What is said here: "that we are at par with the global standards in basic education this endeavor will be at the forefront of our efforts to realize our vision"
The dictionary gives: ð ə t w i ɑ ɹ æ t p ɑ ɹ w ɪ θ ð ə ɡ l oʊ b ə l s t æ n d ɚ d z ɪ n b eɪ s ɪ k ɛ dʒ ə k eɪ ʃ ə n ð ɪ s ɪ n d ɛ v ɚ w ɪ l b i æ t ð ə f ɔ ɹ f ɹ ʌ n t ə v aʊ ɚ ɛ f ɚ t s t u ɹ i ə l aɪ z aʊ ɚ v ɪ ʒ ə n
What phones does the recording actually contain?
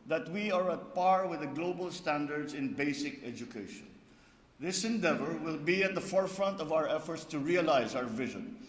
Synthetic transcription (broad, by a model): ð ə t w i ɑ ɹ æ t p ɑ ɹ w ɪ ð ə ɡ l oʊ b ə l s t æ n d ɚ d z ɪ n b eɪ s ɪ k ɛ dʒ ə k eɪ ʃ ə n ð ɪ s ɪ n d ɛ v ɚ w ɪ l b i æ t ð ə f ɔ ɹ f ɹ ʌ n t ə v aʊ ɚ ɛ f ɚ t s t u ɹ i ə l aɪ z aʊ ɚ v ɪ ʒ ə n